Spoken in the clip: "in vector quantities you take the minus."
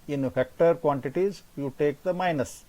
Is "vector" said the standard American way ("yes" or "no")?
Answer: no